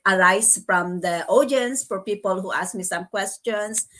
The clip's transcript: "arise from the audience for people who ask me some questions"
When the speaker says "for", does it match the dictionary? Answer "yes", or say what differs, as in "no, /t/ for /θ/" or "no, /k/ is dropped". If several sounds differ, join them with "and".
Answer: yes